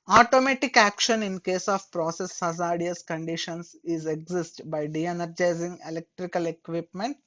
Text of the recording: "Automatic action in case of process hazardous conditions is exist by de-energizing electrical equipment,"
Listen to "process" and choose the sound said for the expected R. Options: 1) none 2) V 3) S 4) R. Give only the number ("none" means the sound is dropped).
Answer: 4